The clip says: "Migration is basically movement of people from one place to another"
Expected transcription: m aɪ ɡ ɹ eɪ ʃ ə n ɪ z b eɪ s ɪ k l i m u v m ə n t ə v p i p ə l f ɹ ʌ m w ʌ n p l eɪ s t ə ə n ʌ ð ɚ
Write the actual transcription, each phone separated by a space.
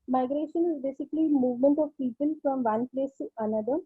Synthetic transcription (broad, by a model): m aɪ ɡ ɹ eɪ ʃ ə n ɪ z b eɪ s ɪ k l i m u v m ə n t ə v p i p ə l f ɹ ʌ m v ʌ n p l eɪ s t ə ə n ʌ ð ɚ